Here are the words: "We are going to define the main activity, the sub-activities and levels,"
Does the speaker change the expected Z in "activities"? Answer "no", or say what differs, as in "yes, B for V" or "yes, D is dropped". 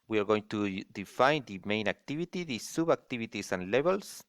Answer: yes, S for Z